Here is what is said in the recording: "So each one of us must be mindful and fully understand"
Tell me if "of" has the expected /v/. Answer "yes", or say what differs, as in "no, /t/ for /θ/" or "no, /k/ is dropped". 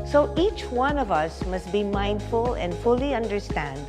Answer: yes